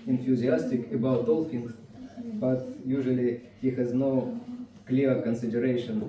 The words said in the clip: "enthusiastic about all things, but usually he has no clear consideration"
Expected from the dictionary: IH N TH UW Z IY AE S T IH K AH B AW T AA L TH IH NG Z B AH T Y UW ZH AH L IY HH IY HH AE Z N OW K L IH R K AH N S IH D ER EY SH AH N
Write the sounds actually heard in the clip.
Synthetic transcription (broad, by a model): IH N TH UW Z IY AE S T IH K AH B AW T AA L F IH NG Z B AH T Y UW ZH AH L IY HH IY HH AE Z N OW K L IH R K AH N S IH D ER EY SH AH N